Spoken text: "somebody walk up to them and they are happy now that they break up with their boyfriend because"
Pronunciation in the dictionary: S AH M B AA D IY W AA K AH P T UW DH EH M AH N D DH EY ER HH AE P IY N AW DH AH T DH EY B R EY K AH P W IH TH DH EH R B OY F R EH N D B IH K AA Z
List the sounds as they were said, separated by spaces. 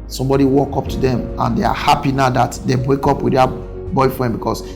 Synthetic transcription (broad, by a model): S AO M B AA D IY W AA K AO P T UW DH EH M AH N D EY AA HH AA P IY N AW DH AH T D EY B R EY K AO P W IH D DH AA B OY F R EH N D B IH K AA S